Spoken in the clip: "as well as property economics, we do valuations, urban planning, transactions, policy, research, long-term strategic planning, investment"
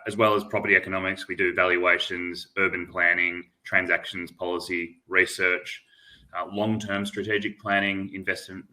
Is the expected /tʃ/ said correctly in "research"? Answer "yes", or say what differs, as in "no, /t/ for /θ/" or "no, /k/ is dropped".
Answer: yes